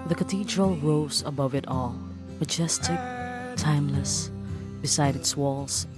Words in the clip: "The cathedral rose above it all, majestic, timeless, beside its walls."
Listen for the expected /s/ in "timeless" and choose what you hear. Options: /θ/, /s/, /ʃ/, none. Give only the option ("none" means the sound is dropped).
/s/